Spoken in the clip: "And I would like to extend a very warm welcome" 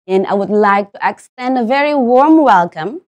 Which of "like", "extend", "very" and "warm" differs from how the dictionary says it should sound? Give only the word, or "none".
none